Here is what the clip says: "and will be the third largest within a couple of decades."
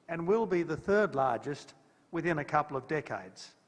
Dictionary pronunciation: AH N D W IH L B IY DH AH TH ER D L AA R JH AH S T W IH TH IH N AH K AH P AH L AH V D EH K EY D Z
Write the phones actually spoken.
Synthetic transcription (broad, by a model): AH N W IH L B IY DH AH TH ER D L AA R JH AH S T W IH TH IH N AH K AH P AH L AH V D EH K EY D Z